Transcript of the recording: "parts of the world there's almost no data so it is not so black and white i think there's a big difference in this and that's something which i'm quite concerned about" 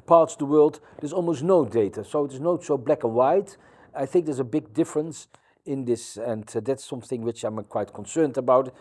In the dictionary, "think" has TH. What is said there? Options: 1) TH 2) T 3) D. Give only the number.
1